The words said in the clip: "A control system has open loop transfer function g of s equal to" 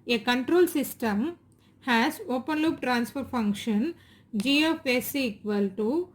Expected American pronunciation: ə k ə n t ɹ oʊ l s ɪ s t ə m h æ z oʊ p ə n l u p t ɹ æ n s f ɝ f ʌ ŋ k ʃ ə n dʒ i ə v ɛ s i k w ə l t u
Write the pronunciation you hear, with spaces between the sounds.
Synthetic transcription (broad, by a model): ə k ə n t ɹ oʊ l s ɪ s t ə m h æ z oʊ p ə n l u p t ɹ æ n s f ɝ f ʌ ŋ k ʃ ə n dʒ i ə f ɛ s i k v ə l t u